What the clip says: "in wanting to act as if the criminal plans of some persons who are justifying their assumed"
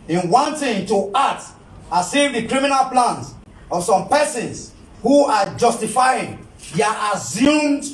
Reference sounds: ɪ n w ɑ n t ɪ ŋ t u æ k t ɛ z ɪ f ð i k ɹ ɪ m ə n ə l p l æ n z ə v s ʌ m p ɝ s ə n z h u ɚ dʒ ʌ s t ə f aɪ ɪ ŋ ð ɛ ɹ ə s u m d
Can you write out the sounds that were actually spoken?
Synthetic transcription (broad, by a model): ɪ n w ɑ n t ɪ ŋ t u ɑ t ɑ s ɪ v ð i k ɹ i m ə n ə l p l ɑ n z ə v s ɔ m p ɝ s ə n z h u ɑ dʒ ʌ s t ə f aɪ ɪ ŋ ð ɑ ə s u m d